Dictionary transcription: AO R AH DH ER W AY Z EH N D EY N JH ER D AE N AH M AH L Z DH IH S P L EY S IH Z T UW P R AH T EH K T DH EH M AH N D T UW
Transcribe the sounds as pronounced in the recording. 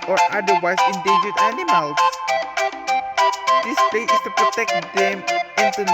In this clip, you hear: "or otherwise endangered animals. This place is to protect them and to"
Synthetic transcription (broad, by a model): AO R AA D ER W AY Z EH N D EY JH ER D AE N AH M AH L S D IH S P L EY IH S T UW P R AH T EH K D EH M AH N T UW